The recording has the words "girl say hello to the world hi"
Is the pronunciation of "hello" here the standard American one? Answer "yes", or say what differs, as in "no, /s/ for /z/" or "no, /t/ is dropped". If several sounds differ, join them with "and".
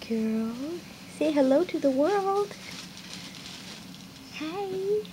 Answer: yes